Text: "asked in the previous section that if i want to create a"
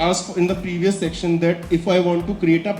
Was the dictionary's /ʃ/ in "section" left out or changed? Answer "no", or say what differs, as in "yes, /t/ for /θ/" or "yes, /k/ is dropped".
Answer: no